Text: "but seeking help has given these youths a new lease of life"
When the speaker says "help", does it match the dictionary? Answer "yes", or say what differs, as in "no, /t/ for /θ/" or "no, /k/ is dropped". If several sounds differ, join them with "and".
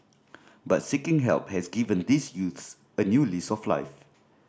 yes